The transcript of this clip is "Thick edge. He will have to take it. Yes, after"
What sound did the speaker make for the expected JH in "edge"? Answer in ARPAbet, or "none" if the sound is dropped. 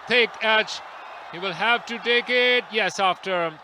CH